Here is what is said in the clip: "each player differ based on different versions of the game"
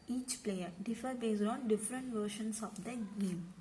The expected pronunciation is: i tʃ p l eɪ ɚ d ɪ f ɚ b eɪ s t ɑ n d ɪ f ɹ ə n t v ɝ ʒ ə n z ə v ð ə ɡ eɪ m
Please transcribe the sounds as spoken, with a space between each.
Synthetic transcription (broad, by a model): i tʃ p l eɪ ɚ d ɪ f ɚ b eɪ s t ɑ n d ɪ f ɹ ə n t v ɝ ʃ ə n s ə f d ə ɡ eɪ m